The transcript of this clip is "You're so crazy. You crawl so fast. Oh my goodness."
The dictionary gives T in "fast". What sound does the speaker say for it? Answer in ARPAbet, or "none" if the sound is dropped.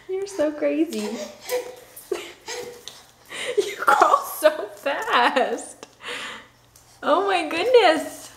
T